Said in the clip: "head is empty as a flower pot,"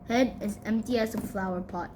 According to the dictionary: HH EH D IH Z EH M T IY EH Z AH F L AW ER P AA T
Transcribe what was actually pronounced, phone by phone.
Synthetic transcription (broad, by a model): HH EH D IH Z EH M T IY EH S AH F L AW ER P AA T